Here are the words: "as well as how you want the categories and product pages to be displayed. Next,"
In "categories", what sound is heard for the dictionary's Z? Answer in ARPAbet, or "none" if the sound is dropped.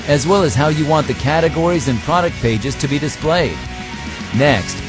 Z